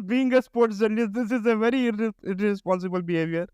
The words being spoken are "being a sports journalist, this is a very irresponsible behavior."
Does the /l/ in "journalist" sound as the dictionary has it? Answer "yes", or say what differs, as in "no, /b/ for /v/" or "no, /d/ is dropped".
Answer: no, /l/ is dropped